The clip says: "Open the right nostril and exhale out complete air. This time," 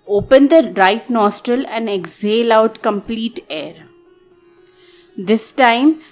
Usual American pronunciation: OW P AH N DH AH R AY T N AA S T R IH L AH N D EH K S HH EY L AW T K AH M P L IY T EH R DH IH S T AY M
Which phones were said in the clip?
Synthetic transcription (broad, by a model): OW P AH N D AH R AY T N AA S T R IH L AH N D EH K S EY L AW T K AH M P L IY T EH R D IH S T AY M